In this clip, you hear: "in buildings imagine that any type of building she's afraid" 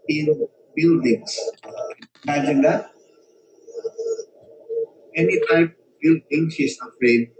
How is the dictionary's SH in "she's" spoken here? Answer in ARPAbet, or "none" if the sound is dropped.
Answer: S